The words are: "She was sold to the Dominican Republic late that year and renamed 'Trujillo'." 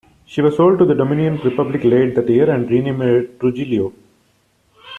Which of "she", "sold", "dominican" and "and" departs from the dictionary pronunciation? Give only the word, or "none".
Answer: dominican